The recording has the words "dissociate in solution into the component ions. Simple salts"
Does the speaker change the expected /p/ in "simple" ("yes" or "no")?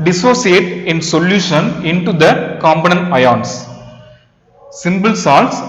yes